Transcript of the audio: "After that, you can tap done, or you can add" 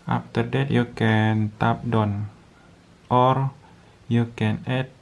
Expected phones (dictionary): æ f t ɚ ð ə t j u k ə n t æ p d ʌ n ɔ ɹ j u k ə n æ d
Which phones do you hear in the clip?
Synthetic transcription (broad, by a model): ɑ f t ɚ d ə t j u k ə n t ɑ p d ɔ n ɔ ɹ j u k ə n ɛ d